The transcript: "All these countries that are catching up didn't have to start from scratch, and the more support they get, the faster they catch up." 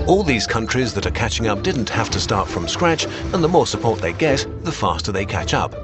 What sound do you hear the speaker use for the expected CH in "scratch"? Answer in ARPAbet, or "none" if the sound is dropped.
CH